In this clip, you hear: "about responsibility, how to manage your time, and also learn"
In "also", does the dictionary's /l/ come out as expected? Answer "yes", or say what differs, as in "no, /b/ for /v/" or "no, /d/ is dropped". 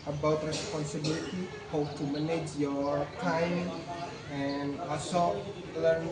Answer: no, /l/ is dropped